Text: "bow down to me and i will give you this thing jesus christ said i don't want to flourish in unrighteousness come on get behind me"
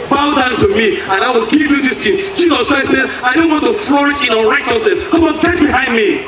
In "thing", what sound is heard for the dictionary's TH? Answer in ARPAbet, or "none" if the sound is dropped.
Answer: T